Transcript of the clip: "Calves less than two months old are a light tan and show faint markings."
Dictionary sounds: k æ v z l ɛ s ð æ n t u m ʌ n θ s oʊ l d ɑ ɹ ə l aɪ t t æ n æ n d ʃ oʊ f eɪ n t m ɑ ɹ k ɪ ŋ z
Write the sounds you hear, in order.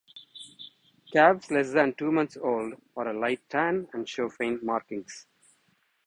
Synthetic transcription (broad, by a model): k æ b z l ɛ s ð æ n t u m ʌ n t s oʊ l d ɑ ɹ ə l aɪ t t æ n æ n d ʃ oʊ f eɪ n m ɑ ɹ k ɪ ŋ s